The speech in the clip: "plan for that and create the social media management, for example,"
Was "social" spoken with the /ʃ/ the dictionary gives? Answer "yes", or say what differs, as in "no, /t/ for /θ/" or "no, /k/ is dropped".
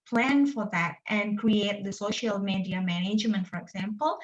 yes